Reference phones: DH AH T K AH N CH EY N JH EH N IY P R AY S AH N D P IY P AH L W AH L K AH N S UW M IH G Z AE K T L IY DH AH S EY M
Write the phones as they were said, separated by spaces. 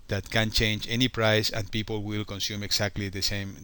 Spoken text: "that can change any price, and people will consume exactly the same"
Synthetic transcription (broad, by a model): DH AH T K AH N CH EY N JH EH N IY P R AY S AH N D P IY P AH L W AH L K AH N S UW M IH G S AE K T L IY DH AH S EY M